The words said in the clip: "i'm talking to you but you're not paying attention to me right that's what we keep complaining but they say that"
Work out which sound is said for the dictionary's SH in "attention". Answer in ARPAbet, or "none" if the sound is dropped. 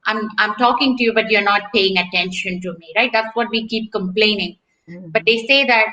SH